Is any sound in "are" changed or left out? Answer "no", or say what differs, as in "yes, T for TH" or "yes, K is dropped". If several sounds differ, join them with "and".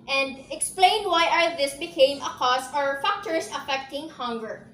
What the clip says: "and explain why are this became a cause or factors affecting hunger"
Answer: yes, L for R